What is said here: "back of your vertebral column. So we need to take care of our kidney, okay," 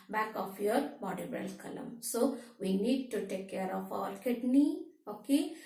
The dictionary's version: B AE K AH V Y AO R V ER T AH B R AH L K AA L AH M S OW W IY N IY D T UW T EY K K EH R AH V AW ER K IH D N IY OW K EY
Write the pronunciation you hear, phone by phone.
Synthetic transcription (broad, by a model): B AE K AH F Y AO R B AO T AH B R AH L K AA L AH M S OW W IY N IY D T UW T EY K K EH R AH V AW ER K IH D N IY OW K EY